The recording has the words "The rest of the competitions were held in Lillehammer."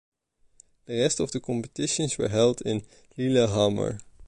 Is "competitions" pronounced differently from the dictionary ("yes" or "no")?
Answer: yes